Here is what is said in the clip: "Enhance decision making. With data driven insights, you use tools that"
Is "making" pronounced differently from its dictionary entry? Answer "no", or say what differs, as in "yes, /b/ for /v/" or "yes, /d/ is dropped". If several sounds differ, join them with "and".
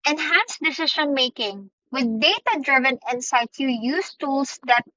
no